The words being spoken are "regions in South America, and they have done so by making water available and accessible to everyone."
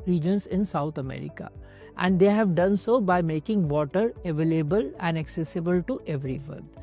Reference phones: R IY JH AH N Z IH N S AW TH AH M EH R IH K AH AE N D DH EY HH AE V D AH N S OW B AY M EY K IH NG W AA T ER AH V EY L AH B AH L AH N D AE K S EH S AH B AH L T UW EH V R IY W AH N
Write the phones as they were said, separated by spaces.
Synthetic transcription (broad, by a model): R IY JH AH N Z IH N S AW T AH M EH R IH K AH AE N D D EY HH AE V D AH N S OW B AY M EY K IH NG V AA T ER AH V EY L AH B AH L AH N D AE K S EH S AH B AH L T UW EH V R IY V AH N